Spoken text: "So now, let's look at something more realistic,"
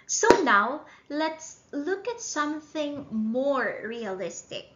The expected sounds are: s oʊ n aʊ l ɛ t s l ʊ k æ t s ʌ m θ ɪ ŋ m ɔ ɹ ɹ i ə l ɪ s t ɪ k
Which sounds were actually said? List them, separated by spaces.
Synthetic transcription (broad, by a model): s oʊ n aʊ l ɛ t s l ʊ k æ t s ʌ m θ ɪ ŋ m ɔ ɹ ɹ i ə l ɪ s t ɪ k